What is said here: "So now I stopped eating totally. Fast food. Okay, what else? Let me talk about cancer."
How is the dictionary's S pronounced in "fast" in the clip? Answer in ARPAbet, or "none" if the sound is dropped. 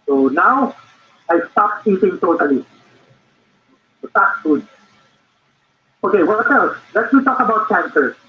none